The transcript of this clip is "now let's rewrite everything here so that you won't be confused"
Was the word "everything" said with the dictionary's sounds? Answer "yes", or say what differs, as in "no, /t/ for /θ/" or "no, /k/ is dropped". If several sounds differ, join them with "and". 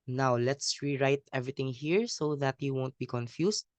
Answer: no, /t/ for /θ/